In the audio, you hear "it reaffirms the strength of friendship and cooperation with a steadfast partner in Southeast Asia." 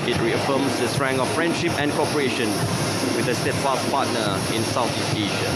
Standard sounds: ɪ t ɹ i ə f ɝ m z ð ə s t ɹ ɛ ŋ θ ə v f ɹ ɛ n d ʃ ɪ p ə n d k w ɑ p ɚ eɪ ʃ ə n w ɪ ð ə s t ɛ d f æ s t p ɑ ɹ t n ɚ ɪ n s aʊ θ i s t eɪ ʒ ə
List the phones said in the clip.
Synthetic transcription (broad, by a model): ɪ t ɹ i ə f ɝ m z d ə s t ɹ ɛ ŋ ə f ɹ ɛ n d ʃ ɪ p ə n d k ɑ p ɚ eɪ ʃ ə n w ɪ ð ə s t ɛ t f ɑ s p ɑ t n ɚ ɪ n s aʊ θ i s eɪ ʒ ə